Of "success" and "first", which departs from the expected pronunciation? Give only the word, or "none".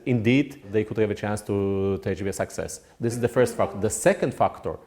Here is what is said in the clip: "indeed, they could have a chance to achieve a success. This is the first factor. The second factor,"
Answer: none